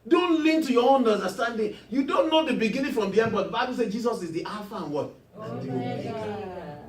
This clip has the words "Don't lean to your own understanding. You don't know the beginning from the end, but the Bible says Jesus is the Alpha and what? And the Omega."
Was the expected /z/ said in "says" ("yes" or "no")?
no